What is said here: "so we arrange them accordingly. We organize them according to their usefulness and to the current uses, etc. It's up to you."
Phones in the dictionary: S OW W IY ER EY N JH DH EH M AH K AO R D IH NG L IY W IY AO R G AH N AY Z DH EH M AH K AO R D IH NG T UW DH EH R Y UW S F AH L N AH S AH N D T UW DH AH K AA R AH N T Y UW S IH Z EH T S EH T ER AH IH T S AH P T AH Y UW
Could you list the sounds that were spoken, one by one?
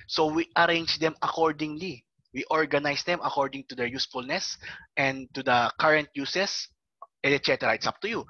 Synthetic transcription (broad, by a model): S OW W IY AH EY N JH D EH M AH K AO R D IH NG L IY W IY AO R G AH N AY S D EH M AH K AO R D IH NG T UW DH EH R Y UW S F AH L N AH S AH N D T UW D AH K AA R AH N T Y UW S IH S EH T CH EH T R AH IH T S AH P T AH Y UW